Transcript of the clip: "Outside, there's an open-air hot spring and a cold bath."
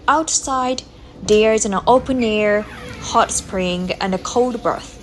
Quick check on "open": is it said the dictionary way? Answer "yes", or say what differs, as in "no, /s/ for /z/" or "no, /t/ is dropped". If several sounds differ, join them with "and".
yes